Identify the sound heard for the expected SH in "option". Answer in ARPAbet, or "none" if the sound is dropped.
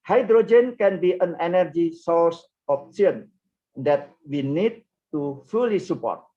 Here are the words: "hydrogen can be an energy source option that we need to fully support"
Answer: S